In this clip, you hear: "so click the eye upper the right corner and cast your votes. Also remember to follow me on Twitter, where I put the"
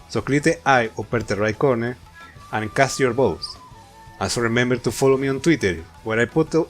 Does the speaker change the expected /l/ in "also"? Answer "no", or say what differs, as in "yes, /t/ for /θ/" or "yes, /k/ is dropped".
yes, /n/ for /l/